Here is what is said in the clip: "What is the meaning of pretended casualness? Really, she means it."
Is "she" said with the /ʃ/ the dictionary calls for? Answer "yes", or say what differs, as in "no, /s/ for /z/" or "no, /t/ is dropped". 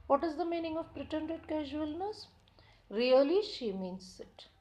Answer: yes